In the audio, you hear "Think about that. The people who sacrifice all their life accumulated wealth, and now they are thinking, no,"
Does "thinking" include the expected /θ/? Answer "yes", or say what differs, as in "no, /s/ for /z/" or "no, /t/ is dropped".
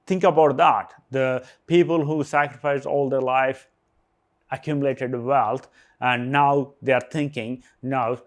no, /t/ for /θ/